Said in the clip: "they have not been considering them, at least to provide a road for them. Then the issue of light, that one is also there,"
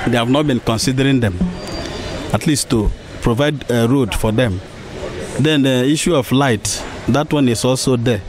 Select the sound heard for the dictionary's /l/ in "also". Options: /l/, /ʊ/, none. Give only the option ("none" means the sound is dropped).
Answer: /l/